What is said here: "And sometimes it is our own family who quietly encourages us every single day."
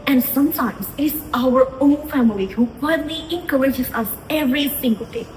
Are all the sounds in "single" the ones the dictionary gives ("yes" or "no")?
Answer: no